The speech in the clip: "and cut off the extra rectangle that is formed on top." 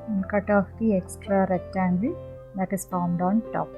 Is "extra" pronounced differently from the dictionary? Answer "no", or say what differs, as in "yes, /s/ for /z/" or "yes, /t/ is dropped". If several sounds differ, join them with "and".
no